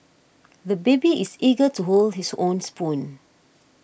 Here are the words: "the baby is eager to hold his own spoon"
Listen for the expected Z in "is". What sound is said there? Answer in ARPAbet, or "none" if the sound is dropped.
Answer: S